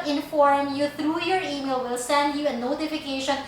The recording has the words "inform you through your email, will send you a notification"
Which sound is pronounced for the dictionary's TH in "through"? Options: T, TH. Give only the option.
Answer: T